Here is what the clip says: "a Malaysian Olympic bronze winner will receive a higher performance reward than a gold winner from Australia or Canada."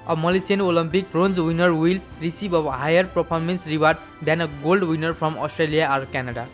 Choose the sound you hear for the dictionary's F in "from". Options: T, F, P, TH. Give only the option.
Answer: P